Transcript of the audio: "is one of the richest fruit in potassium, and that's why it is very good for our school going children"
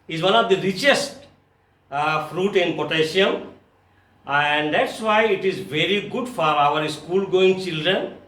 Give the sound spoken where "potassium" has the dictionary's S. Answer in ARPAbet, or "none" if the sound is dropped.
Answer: SH